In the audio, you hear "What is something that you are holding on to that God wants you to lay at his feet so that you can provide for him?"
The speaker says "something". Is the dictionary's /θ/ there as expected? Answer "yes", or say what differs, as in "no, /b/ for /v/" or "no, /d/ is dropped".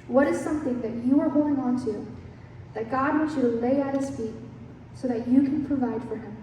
yes